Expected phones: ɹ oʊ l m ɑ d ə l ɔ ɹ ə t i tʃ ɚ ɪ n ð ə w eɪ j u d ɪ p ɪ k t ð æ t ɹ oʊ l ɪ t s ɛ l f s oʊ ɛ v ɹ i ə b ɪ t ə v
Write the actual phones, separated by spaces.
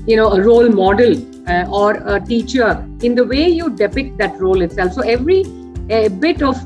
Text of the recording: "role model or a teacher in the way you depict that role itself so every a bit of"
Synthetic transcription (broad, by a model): ɹ oʊ l m ɑ d ə l ɔ ɹ ə t i tʃ ɚ ɪ n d ə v eɪ j u d ɪ p ɪ k t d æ t ɹ oʊ l ɪ t s ɛ l f s oʊ ɛ v ɹ i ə b ɪ t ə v